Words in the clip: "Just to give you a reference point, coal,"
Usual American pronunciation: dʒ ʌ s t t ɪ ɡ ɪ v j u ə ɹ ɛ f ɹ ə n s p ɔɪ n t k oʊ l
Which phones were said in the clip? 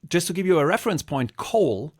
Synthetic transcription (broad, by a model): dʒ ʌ s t t ɪ ɡ ɪ v j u ə ɹ ɛ f ɹ ə n s p ɔɪ n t k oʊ l